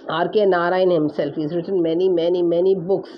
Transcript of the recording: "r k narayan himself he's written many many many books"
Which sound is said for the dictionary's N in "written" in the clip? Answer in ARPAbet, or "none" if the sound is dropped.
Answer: N